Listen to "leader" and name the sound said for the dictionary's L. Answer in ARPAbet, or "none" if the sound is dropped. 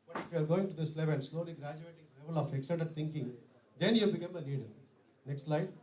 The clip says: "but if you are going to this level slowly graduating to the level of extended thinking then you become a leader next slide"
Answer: N